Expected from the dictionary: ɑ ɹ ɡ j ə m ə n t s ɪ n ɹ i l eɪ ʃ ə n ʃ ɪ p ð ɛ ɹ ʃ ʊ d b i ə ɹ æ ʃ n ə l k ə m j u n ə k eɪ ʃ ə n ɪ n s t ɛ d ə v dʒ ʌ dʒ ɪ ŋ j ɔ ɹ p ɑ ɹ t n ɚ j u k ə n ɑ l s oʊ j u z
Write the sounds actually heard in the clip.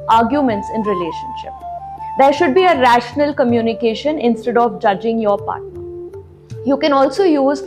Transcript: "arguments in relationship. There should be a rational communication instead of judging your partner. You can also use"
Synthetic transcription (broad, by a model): ɑ ɹ ɡ j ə m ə n t s ɪ n ɹ i l eɪ ʃ ə n ʃ ɪ p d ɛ ɹ ʃ ʊ d b i ə ɹ æ ʃ n ə l k ə m j u n ə k eɪ ʃ ə n ɪ n s t ɛ d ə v dʒ ʌ dʒ ɪ ŋ j ɔ ɹ p ɑ ɹ t n ɚ j u k ə n ɑ l s oʊ j u z